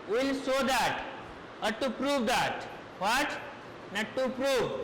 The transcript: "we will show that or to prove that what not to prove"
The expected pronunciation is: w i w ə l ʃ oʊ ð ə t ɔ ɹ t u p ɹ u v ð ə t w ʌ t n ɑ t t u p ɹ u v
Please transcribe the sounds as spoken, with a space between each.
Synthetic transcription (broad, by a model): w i l s oʊ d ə t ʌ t t u p ɹ u v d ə t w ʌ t n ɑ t t u p ɹ u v